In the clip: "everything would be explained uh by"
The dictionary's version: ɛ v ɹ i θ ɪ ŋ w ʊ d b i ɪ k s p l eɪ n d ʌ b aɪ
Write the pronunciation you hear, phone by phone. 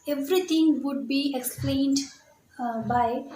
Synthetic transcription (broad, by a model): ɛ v ɹ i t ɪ ŋ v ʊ d b i ɪ k s p l eɪ n d b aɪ